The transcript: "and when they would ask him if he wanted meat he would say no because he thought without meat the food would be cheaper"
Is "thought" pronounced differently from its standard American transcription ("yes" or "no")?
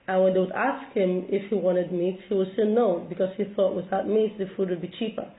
no